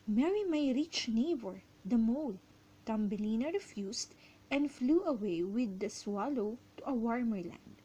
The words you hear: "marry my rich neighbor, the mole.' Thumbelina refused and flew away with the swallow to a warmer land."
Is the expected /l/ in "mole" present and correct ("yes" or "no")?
yes